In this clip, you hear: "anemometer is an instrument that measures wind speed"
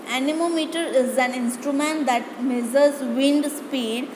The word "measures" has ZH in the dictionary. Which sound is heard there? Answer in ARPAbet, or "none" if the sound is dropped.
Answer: Z